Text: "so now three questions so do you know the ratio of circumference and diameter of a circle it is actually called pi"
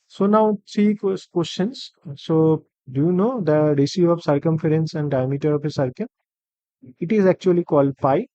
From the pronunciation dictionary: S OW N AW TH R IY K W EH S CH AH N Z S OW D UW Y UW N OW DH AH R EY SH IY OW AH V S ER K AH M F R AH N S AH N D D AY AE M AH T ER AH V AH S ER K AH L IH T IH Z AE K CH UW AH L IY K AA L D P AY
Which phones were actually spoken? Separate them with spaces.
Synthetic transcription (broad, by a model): S OW N AW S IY K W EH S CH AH N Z S OW D UW Y UW N OW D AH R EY S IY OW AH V S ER K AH M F R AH N S AH N D D AY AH M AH T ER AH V AH S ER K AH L IH T IH Z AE K CH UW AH L IY K AA L D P AY